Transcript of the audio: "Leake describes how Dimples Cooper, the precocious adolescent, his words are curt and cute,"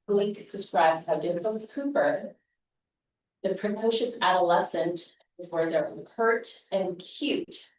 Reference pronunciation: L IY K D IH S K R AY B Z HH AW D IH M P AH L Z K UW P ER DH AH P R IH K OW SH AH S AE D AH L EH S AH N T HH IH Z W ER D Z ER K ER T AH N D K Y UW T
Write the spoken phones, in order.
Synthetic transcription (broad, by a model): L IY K D IH S K R AY B Z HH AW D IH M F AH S K UW P ER DH AH P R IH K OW SH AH S AE D AH L EH S AH N T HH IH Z W ER D Z ER K ER T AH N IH K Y UW T